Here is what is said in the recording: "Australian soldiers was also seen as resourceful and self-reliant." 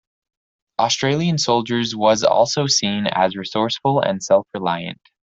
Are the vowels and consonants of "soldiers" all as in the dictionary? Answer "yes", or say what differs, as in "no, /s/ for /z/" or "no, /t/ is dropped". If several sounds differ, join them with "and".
yes